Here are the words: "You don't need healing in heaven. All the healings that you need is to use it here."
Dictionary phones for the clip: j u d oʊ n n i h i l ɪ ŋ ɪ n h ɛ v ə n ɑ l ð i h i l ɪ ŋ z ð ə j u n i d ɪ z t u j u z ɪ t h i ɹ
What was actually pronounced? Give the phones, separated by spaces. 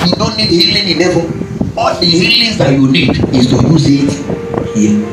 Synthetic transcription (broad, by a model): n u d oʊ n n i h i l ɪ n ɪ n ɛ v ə ɑ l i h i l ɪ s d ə j u n i d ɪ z t u j u z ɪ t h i